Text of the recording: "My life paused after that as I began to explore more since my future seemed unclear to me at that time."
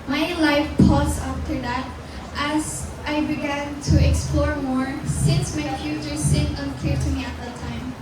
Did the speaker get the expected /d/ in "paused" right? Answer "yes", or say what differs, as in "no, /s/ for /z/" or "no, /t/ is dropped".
no, /d/ is dropped